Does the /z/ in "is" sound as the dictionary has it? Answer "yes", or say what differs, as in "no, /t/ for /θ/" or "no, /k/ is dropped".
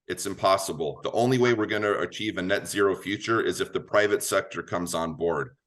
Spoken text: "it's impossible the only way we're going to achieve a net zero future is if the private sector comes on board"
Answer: yes